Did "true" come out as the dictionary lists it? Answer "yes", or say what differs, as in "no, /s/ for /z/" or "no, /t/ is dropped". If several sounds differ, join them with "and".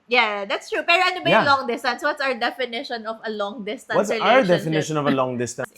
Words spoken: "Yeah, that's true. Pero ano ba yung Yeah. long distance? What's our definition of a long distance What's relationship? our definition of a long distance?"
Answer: yes